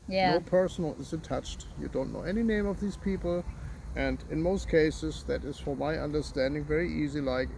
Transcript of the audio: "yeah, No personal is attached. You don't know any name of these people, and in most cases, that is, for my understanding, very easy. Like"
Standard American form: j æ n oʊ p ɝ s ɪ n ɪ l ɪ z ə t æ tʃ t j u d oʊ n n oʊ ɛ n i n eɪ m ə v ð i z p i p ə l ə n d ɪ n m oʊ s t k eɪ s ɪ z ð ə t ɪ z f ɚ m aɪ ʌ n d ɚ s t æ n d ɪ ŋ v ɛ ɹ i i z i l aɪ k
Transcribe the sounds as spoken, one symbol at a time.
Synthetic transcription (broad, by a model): j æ n oʊ p ɝ s n l ɪ z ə t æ tʃ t j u d oʊ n n oʊ ɛ n i n eɪ m ə v ð i z p i p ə l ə n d ɪ n m oʊ s t k eɪ s ɪ z ð ə t ɪ z f ɚ m aɪ ʌ n d ɚ s t æ n d ɪ ŋ v ɛ ɹ i i z i l aɪ k